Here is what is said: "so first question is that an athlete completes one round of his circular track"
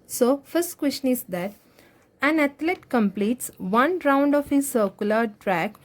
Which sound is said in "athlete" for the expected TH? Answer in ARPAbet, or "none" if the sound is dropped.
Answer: T